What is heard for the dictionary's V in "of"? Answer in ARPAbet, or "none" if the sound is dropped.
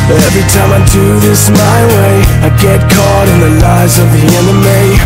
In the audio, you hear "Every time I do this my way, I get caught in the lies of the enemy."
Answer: V